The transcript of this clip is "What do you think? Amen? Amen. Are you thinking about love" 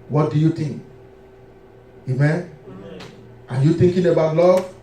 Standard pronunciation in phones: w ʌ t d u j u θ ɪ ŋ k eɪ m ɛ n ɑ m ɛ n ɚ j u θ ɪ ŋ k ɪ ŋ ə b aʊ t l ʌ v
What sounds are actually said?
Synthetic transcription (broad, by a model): w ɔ t d u j u t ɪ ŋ k eɪ m ɛ n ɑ j u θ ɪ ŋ k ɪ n ə b aʊ t l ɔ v